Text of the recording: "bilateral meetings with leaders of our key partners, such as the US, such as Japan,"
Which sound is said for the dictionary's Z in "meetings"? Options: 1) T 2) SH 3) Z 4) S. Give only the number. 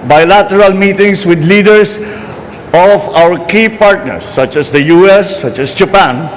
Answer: 4